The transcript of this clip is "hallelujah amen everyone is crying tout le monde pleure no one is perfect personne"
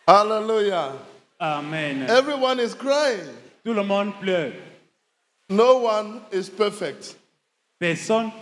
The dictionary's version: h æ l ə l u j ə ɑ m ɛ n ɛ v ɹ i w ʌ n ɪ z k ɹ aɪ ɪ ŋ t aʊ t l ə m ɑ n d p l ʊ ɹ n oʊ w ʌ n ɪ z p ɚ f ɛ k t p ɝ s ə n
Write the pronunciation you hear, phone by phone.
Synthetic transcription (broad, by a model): h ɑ l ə l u j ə ɑ m ɛ n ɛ v ɹ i w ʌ n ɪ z k ɹ aɪ ɪ ŋ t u l ə m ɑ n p l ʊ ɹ n oʊ w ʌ n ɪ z p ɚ f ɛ k t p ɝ s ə n